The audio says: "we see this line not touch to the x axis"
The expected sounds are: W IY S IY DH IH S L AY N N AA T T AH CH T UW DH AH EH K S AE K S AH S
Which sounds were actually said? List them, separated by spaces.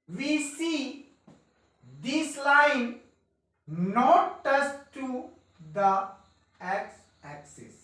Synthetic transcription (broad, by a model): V IY S IY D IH S L AY N N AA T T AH S T UW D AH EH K S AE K S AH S